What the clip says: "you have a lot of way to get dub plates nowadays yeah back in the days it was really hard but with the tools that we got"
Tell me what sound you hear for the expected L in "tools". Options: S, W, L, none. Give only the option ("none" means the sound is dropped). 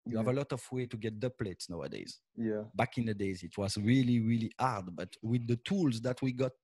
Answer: L